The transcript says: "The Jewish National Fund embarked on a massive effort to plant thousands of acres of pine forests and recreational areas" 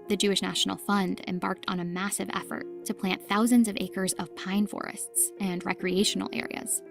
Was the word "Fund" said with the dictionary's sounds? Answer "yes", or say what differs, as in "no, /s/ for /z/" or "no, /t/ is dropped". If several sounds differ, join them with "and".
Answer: yes